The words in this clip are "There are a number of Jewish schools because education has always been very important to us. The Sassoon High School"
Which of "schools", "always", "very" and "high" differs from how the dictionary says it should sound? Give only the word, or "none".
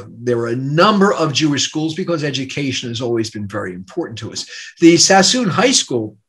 none